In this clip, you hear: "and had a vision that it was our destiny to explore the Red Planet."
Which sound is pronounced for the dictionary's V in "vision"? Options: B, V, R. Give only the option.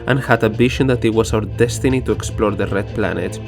B